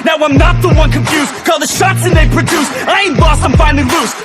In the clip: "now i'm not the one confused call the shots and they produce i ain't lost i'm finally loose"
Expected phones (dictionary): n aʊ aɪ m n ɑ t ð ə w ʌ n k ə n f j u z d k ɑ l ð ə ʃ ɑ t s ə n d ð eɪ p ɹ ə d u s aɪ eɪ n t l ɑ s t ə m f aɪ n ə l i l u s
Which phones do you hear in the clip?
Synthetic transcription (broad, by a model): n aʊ aɪ m n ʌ t ð ə w ʌ n k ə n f j u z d k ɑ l ð ə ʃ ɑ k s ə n ð eɪ p ɹ ə d u s aɪ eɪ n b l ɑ s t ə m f aɪ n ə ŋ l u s